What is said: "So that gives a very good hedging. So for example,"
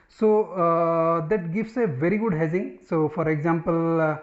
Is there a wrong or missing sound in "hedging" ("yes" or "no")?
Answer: yes